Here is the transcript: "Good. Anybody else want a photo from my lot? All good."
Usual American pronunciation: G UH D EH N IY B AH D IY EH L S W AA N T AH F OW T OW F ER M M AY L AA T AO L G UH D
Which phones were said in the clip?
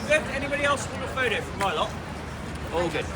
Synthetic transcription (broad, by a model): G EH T EH N IY B AH D IY EH L S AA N AH F OW T OW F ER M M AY L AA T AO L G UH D